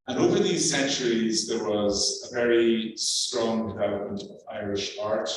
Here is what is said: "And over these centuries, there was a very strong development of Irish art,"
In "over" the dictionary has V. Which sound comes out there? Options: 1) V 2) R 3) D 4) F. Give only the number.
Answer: 1